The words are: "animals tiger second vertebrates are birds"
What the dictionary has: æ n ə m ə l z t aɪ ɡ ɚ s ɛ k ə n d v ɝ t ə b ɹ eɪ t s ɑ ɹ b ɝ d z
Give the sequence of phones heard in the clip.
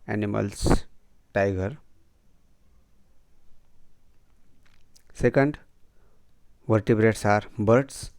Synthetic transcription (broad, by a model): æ n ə m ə l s t aɪ ɡ ɚ s ɛ k ə n d v ɝ t ə b ɹ eɪ t s ɑ ɹ b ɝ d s